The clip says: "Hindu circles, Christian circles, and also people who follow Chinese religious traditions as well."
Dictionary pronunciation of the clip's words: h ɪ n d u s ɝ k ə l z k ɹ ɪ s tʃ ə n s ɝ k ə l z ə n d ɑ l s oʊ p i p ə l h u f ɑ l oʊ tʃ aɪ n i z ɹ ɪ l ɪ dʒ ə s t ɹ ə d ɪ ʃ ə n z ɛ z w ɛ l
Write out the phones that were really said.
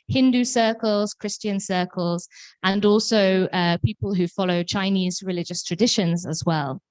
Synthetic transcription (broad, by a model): h ɪ n d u s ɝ k ə l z k ɹ ɪ s tʃ ə n s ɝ k ə l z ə n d ɑ l s oʊ p i p ə l h u f ɑ l oʊ tʃ aɪ n i z ɹ ɪ l ɪ dʒ ə s t ɹ ə d ɪ ʃ ə n z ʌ z w ɛ l